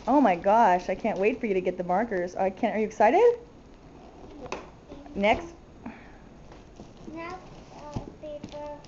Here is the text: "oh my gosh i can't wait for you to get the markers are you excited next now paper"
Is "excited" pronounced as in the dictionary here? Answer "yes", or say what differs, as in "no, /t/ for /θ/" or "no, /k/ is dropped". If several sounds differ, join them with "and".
yes